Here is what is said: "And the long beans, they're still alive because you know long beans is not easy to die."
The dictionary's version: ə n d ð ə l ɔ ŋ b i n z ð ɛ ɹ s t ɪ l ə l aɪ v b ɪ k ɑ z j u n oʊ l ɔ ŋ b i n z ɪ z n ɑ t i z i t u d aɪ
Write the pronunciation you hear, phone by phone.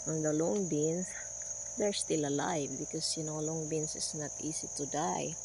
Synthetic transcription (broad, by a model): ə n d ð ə l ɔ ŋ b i n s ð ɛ ɹ s t ɪ l ə l aɪ v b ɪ k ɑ s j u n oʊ l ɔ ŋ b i n s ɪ s n ɑ t i s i t u d aɪ